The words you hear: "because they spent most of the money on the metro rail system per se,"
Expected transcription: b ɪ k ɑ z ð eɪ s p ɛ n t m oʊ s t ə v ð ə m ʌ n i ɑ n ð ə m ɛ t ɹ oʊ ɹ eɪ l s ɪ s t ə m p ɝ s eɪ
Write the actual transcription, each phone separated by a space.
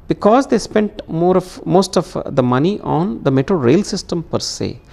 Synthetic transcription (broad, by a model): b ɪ k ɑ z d eɪ s p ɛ n t m oʊ s t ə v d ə m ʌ n i ɑ n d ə m ɛ t ɹ oʊ ɹ eɪ l s ɪ s t ə m p ɝ s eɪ